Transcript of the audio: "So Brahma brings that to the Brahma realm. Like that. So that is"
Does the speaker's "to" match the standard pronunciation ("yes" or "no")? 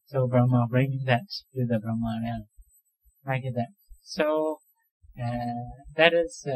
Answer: no